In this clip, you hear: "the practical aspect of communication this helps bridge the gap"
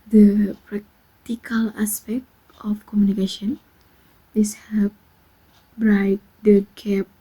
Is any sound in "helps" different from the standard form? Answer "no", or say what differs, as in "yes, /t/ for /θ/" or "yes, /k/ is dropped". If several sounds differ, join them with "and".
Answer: yes, /l/ is dropped and /s/ is dropped